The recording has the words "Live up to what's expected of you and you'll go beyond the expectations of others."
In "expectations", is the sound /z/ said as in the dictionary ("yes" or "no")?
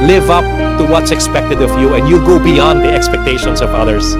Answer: no